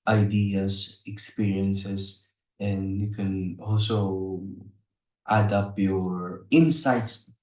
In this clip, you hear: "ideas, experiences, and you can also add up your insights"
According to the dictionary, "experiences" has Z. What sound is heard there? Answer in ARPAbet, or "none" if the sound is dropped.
S